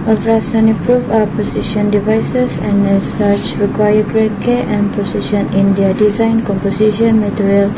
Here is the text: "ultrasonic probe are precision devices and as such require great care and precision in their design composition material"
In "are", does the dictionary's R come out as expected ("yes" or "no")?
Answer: no